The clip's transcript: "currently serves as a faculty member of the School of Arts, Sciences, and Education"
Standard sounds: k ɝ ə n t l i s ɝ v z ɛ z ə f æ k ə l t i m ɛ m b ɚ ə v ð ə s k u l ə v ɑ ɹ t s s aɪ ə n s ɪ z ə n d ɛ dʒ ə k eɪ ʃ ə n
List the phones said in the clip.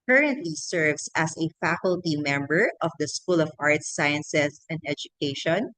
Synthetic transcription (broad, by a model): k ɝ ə n t l i s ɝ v s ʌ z ə f æ k ə l t i m ɛ m b ɚ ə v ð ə s k u l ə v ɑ ɹ t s s aɪ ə n s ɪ s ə n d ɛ dʒ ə k eɪ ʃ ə n